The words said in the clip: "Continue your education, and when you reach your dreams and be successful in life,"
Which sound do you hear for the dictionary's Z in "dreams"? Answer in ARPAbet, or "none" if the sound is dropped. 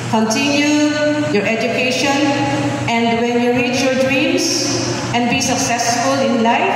S